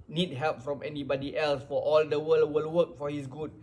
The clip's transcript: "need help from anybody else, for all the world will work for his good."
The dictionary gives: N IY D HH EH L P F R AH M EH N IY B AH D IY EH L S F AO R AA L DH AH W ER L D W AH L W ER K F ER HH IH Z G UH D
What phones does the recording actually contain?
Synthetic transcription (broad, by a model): N IY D HH EH L P F R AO M EH N IY B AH D IY EH L S F AO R AA L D AH W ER L W AH L W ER K F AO HH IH S G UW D